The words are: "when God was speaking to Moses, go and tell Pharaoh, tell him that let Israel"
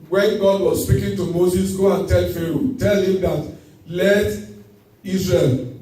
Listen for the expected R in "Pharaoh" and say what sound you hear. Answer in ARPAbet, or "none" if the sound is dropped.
R